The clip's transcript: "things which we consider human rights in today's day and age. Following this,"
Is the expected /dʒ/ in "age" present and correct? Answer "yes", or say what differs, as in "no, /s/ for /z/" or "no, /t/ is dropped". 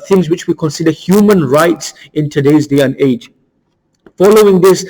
yes